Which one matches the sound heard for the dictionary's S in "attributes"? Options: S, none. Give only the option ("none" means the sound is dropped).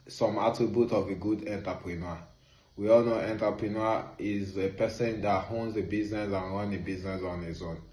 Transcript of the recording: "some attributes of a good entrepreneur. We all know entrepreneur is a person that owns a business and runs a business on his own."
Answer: none